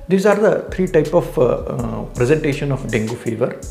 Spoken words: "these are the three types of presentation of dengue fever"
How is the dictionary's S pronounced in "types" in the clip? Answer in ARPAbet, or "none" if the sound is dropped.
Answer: none